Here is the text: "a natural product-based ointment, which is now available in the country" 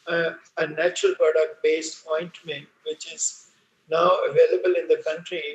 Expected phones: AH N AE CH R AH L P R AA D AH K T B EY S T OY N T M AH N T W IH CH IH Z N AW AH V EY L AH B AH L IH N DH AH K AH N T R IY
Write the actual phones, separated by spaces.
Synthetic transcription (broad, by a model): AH N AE CH R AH L P R AA D AH K T B EY S T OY N T M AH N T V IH CH IH Z N AW AH V EY L AH B AH L IH N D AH K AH N T R IY